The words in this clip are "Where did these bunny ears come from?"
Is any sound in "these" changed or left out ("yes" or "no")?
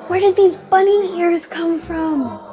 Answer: no